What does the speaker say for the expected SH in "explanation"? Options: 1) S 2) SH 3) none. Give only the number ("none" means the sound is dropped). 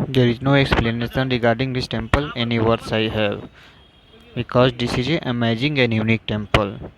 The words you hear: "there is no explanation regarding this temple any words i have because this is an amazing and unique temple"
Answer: 1